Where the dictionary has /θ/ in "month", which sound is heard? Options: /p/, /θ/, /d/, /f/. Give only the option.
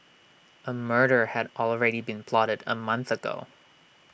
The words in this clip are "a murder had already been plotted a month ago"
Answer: /θ/